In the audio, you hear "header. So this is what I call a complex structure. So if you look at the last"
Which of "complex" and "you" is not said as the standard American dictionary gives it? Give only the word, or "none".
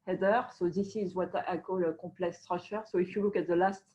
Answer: complex